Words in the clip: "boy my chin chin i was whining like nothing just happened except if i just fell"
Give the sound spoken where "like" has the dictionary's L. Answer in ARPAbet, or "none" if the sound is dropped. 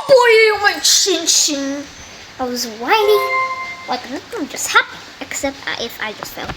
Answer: W